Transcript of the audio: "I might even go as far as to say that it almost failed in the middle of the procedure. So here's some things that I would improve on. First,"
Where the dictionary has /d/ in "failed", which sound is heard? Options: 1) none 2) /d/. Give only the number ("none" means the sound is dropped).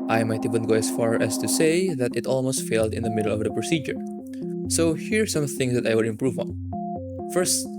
2